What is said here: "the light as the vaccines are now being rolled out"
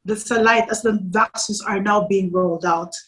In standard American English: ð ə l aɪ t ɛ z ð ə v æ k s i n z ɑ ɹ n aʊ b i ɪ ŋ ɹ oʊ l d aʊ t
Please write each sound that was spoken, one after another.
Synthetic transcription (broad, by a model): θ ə l aɪ t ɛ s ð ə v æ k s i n s ɑ ɹ n aʊ b i ɪ ŋ ɹ oʊ l d aʊ t